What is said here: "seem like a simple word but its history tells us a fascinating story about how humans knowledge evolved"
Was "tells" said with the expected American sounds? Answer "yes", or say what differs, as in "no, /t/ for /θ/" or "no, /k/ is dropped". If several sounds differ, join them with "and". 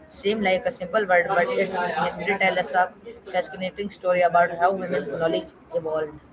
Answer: no, /z/ is dropped